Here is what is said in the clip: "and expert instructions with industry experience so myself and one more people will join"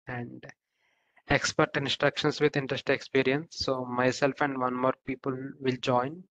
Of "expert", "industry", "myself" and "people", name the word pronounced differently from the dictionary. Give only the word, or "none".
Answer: industry